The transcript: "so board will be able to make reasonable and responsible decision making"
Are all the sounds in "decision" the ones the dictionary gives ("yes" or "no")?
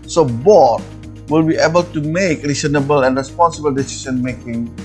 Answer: no